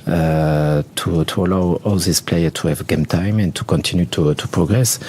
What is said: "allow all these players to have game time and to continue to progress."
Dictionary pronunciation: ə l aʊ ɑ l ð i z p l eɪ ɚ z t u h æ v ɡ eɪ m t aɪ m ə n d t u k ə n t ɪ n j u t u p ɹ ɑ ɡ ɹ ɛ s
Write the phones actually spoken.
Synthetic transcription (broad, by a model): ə l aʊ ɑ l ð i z p l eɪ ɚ t u h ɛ v ɡ eɪ m t aɪ m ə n t u k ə n t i n j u t u p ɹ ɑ ɡ ɹ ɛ s